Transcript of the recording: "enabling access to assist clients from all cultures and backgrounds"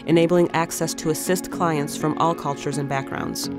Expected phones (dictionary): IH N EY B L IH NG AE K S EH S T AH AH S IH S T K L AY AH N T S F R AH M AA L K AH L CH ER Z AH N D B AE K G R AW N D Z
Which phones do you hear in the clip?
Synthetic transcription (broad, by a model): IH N EY B L IH NG AE K S EH S T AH AH S IH S T K L AY AH N T S F R AH M AA L K AH L CH ER Z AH N B AE K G R AW N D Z